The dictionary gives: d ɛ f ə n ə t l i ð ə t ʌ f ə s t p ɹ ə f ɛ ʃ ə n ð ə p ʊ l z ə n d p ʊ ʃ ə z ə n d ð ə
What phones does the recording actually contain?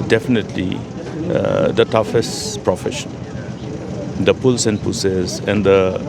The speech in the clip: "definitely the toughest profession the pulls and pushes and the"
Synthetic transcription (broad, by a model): d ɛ f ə n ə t l i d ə t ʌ f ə s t p ɹ ə f ɛ ʃ ə n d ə p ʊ l s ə n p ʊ s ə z ə n d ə